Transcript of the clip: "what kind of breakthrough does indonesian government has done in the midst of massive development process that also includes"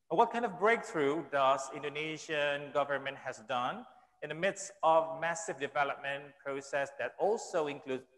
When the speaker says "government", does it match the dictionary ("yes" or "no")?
yes